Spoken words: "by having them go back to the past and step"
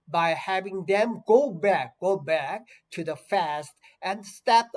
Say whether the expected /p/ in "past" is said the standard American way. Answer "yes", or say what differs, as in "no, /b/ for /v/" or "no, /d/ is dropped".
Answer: no, /f/ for /p/